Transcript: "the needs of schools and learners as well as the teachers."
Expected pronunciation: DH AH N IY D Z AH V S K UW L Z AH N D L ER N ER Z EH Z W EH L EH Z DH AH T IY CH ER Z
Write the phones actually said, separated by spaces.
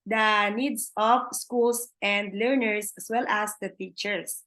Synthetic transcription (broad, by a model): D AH N IY D S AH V S K UW L S AH N D L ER N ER S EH S W EH L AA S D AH T IY CH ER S